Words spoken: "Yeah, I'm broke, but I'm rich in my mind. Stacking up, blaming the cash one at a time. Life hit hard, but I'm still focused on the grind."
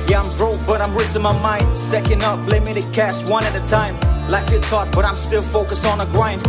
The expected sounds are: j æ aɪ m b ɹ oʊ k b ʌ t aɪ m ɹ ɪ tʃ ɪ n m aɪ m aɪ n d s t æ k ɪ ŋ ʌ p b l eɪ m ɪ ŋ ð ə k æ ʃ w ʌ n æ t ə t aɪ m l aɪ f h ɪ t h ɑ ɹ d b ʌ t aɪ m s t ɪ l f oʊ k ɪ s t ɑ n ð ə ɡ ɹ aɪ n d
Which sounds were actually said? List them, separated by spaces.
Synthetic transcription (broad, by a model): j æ aɪ m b ɹ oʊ b ʌ t aɪ m ɹ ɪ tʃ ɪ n m aɪ m aɪ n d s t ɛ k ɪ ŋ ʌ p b l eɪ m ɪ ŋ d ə k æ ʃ w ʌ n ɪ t ə t aɪ m l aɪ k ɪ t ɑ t b ʌ t aɪ m s t ɪ l f oʊ k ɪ s ɪ n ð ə ɡ ɹ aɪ n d